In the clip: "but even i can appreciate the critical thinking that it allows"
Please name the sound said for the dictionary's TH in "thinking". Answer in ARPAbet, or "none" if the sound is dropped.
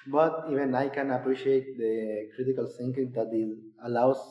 S